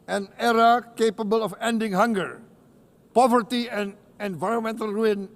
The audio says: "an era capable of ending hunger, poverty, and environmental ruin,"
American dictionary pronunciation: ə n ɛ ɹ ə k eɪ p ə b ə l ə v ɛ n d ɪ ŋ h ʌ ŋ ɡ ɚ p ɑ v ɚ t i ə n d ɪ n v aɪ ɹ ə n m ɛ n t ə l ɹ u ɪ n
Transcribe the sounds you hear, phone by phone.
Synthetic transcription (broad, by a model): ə n ɛ ɹ ə k eɪ p ə b ə l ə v ɛ n d ɪ ŋ h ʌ ŋ ɡ ɚ p ɑ v ɚ t i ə n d ɪ n v aɪ ɹ ə n m ɛ n t ə l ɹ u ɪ n